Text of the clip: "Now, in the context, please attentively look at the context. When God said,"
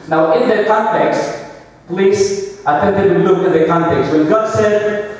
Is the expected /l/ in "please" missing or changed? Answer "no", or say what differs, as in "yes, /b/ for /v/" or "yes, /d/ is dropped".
no